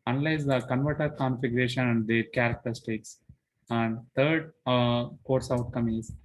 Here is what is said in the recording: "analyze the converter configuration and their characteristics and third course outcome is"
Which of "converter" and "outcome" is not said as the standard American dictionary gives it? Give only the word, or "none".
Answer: none